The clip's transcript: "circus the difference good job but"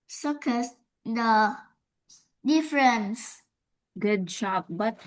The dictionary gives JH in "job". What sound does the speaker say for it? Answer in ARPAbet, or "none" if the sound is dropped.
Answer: SH